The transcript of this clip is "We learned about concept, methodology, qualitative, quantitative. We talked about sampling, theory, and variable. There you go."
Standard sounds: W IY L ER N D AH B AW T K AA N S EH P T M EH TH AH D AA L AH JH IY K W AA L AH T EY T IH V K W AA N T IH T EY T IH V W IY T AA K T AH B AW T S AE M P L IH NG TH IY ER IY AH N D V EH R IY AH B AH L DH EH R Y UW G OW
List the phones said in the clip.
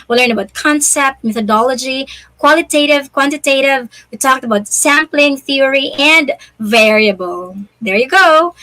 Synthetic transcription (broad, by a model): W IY L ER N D AH B AW T K AA N S EH P T M EH TH AH D AA L AH JH IY K W AA L AH T EY T IH V K W AA N T IH T EY T IH V W IY T AA K T AH B AW T S AE M P L IH NG TH IY ER IY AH N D V EH R IY AH B AH L DH EH R Y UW G OW